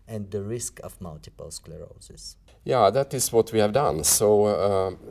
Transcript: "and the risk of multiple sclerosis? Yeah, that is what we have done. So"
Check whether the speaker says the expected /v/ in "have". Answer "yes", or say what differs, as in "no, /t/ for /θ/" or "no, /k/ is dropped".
yes